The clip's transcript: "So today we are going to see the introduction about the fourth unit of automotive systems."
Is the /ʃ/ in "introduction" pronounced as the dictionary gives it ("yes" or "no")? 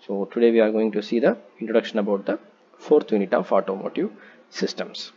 yes